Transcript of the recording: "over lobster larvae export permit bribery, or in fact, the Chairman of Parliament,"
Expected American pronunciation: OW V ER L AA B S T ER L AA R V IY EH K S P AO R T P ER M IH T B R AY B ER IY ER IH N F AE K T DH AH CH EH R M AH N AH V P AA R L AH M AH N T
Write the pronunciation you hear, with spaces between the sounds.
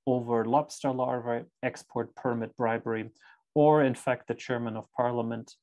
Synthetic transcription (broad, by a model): OW V ER L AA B S T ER L AA R V IY EH K S P AO R T P ER M IH T B R AY B ER IY ER IH N F AE K T DH AH CH EH R M AH N AH V P AA R L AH M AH N T